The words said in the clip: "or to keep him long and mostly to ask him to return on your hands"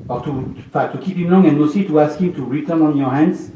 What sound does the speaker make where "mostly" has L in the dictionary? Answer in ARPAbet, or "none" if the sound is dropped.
none